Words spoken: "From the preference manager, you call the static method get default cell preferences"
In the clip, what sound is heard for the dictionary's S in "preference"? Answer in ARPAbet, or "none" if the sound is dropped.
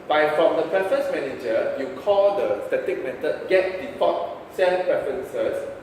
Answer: S